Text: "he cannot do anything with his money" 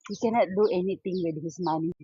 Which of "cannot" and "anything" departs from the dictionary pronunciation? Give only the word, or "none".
anything